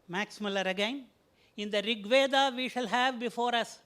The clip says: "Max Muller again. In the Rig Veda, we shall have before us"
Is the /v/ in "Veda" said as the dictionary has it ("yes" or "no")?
yes